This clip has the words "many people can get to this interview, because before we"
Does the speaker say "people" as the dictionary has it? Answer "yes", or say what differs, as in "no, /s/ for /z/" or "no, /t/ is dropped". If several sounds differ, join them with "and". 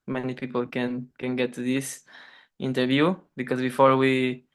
no, /n/ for /l/